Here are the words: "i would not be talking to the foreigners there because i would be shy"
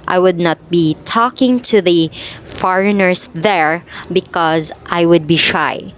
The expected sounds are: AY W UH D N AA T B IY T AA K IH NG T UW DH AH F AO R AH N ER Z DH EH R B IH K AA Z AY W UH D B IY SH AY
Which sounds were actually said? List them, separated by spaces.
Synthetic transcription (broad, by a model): AY W UH D N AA T B IY T AA K IH NG T UW DH AH F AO R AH N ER S DH EH R B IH K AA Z AY W UH D B IY SH AY